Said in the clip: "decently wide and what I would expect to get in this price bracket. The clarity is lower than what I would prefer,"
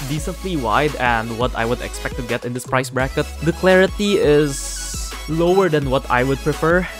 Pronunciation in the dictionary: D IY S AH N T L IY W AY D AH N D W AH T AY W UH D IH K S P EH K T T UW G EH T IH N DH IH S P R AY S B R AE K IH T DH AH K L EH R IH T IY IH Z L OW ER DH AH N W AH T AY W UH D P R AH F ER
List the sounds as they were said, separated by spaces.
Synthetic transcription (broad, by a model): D IY S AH N T L IY W AY D AH N D W AH T AY W UH D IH K S P EH K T T UW G EH T IH N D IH S P R AY S B R AE K IH T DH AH K L EH R IH T IY IH Z L OW ER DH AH N W AH T AY W UH D P R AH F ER